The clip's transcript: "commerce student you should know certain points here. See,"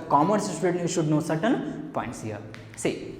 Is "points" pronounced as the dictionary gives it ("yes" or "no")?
yes